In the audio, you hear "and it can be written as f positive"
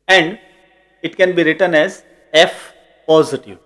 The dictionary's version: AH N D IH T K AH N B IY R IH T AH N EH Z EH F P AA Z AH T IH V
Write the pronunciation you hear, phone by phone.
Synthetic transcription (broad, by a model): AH N D IH T K AH N B IY R IH T AH N EH Z EH F P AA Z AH T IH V